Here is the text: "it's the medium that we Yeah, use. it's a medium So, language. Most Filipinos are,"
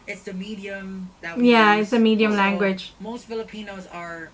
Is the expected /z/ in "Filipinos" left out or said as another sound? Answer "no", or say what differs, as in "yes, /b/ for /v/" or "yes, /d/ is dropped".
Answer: no